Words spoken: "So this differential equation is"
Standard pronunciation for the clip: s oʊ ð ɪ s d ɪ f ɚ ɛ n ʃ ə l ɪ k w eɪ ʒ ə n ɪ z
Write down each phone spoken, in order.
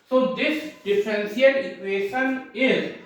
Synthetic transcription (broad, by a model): s oʊ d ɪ s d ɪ f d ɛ n s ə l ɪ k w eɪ ʃ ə n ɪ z